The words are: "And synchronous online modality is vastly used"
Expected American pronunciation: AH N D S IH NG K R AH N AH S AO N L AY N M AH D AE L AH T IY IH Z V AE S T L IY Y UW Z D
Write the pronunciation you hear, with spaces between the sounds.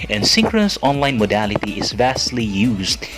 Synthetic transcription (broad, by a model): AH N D S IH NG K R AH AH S AO N L AY N M AH D AE L AH T IY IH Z V AE S T L IY Y UW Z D